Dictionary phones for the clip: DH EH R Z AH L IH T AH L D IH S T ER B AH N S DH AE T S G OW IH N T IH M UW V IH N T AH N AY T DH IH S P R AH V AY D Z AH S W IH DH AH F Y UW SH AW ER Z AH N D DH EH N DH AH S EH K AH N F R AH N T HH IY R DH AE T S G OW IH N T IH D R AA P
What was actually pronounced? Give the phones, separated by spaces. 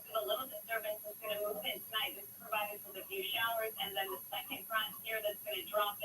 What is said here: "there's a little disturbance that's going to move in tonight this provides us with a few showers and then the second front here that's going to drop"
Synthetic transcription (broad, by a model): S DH AH L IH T L D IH S T ER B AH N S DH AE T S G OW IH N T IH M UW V IH N T AH N AY T DH IH S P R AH V AY D IH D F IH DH AH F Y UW SH AW ER Z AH N DH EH N DH AH S EH K AH N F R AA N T HH IY R DH AE T S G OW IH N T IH D R AA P